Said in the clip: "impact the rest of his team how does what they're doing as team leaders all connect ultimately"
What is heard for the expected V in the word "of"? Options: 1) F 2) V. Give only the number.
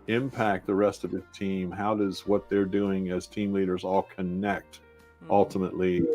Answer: 2